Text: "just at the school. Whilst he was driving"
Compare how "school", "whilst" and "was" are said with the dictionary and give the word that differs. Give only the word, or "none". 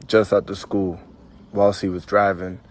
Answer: none